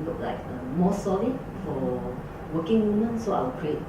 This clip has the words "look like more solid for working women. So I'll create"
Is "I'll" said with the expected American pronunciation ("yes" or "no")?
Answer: no